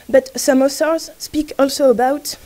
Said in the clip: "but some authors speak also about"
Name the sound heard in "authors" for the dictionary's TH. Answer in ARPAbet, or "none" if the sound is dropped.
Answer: S